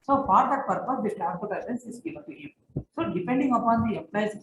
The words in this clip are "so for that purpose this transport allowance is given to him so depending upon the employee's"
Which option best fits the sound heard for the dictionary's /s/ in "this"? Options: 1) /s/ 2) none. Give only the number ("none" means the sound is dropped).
2